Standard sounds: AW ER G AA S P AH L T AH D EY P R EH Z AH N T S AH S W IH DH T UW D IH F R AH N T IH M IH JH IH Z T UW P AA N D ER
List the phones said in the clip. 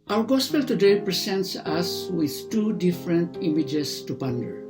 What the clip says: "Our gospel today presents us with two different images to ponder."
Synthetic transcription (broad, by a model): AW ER G AA S P AH L T AH D EY P R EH S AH N T S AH S W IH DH T UW D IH F R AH N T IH M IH JH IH S T UW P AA N D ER